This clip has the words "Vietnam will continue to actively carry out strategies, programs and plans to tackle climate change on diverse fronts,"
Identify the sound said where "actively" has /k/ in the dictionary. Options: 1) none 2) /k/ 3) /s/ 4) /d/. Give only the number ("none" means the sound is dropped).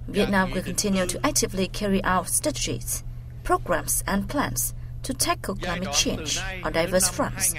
2